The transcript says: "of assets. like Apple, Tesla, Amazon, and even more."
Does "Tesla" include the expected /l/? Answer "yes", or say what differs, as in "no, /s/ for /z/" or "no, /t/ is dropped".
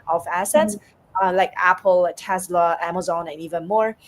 yes